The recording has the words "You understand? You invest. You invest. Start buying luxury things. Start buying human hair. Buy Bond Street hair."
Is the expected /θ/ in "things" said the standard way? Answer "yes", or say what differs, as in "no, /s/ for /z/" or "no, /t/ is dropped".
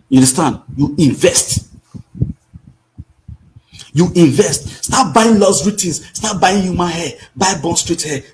no, /t/ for /θ/